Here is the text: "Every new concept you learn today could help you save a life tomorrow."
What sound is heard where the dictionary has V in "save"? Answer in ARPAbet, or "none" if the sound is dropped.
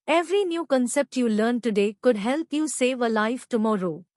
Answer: V